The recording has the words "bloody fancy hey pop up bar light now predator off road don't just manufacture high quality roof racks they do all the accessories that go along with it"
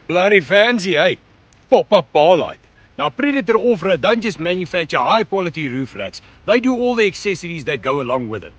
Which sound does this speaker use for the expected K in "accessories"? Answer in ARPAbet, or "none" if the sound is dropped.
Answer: K